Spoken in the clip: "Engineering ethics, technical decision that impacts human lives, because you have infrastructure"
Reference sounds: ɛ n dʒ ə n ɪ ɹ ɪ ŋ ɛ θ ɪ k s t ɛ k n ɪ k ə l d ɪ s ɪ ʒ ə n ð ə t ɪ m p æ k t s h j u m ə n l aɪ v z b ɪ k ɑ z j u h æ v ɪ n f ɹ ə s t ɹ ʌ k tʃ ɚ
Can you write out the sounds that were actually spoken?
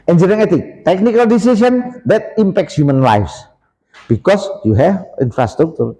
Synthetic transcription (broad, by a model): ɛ n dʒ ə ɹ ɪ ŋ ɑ t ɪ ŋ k t ɛ k n ɪ k ə l d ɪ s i s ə n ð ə t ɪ m p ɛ k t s h j u m ə n l aɪ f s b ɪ k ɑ s j u h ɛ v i n f ɹ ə s t ɹ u k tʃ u